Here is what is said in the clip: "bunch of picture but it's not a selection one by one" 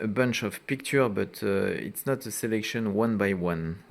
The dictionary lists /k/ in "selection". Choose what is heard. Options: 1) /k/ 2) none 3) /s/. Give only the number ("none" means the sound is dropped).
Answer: 1